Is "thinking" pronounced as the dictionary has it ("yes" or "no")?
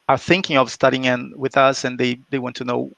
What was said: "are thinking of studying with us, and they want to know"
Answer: yes